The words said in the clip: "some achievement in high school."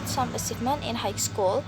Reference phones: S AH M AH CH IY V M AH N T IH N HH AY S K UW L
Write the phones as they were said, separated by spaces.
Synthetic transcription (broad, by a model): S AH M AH S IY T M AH N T IH N HH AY S K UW L